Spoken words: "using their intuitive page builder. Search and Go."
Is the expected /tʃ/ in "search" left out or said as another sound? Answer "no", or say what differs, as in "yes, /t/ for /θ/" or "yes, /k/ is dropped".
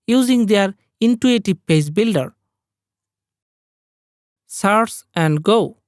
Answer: yes, /s/ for /tʃ/